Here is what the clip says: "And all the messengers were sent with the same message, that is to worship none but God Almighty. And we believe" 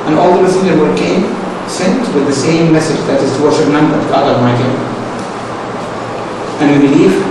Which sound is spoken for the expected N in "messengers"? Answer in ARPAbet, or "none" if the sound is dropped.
none